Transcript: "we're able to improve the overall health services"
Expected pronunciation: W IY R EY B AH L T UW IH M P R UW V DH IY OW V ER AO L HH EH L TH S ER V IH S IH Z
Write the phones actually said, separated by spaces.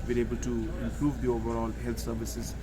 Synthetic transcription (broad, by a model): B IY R EY B AH L T UW IH M P R UW V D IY OW V ER AO L HH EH L T S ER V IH S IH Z